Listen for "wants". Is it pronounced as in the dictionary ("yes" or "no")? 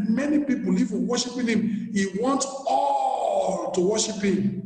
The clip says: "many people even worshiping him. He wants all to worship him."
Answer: no